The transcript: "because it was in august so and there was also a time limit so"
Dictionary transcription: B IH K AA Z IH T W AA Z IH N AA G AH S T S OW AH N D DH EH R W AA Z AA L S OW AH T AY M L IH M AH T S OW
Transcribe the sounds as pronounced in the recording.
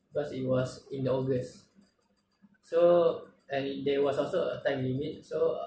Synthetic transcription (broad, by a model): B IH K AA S IH T W AA S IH N AA G AH S T S OW AH N D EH W AA S AA L S OW AH T AY M W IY M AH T S OW